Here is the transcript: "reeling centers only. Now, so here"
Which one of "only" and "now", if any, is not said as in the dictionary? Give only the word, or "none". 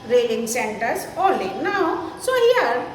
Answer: only